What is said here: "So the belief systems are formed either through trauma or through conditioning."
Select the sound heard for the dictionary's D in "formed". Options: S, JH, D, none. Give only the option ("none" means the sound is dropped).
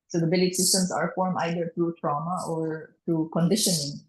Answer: none